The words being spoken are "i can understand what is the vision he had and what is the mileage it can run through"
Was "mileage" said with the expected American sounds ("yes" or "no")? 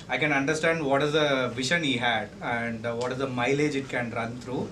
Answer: yes